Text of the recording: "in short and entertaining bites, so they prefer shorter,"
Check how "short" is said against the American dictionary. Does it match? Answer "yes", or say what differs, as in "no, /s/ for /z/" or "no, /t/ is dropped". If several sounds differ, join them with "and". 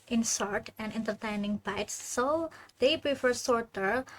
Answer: no, /s/ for /ʃ/